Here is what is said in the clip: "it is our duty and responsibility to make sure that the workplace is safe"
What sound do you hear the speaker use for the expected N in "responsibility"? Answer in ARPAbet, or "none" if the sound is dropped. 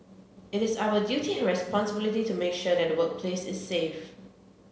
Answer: N